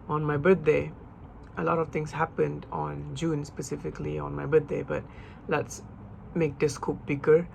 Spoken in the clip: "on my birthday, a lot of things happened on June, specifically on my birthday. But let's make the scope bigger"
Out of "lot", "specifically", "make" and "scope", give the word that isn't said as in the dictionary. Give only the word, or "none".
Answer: none